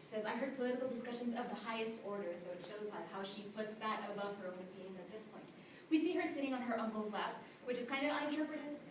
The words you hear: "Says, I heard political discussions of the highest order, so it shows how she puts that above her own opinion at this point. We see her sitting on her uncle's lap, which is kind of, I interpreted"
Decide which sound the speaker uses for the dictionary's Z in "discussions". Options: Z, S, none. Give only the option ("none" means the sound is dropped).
Z